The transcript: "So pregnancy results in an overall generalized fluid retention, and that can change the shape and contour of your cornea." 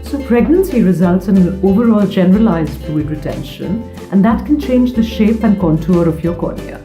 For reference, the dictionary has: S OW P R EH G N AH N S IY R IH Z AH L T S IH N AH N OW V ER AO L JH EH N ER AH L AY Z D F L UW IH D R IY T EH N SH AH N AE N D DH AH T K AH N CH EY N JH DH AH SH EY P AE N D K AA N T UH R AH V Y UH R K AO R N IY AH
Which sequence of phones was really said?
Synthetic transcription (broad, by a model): S OW P R EH G N AH N S IY R IH Z AH L T S IH N AH N OW V ER AO L JH EH N ER AH L AY Z D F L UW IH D R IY T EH N SH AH N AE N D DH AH T K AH N CH EY N JH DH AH SH EY P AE N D K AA N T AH R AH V Y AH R K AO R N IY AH